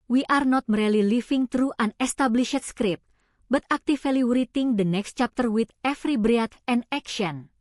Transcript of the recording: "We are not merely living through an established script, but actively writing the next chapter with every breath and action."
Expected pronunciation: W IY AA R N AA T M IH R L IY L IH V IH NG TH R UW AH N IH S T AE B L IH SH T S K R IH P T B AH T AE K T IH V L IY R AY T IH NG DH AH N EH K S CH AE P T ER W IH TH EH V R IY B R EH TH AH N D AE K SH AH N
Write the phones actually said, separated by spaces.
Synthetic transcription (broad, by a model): W IY AA R N AA T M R L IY L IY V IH NG T R UW AH N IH S T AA B L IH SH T S K R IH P B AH T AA K T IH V L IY R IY T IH NG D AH N EH K S CH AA P T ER W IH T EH F R IY B R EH T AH N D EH K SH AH N